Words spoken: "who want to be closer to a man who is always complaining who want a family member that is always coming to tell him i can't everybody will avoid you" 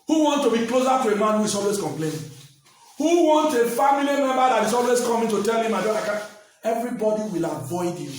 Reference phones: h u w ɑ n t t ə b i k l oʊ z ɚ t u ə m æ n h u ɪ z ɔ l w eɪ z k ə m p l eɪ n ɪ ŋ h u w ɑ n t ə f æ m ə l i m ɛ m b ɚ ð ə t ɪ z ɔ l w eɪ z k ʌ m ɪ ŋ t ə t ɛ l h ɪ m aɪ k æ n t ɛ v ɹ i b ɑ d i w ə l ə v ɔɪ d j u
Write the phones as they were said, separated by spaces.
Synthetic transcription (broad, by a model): h u w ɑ n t t ə b i k l oʊ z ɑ t u ə m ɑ n h u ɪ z ɔ l w eɪ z k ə m p l eɪ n h u w ɑ n t ə f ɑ m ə l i m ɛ m b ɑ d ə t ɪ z ɔ l w eɪ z k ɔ m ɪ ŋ t ə t ɛ l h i m aɪ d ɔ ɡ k ɛ v ɹ i b ɑ d i w ə l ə v ɔɪ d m